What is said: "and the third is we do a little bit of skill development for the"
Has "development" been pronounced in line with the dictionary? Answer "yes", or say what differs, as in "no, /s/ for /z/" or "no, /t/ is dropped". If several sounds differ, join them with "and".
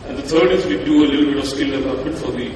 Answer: no, /m/ is dropped